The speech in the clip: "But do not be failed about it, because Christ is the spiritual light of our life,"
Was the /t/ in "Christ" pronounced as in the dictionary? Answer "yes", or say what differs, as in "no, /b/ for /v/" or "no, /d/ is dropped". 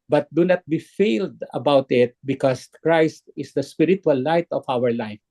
yes